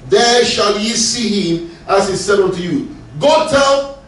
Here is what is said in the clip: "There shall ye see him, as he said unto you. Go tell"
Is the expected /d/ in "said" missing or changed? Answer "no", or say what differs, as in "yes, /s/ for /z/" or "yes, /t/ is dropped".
no